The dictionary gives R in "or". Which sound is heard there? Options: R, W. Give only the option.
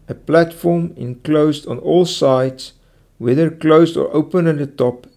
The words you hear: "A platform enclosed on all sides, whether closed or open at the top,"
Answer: R